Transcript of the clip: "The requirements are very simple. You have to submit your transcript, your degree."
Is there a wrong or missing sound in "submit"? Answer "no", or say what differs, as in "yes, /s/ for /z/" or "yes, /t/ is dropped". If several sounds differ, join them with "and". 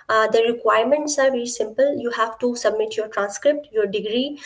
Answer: no